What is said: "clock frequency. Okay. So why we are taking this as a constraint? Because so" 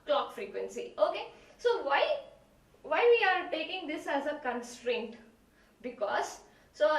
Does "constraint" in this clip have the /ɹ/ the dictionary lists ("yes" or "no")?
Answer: yes